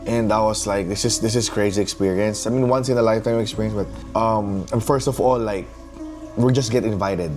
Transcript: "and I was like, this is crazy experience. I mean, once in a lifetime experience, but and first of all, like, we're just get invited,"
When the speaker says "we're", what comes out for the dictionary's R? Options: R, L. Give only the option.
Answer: L